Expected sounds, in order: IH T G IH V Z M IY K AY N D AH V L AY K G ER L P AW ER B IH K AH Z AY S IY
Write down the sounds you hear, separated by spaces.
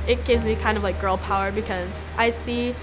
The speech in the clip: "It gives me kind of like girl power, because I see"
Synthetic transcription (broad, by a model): IH T G IH V Z M IY K AY N D AH V L AY K G ER L P AW ER B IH K AH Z AY S IY